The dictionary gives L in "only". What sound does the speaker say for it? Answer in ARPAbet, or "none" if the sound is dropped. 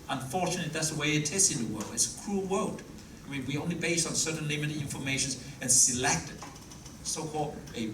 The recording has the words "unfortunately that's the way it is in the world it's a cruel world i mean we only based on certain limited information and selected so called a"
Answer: L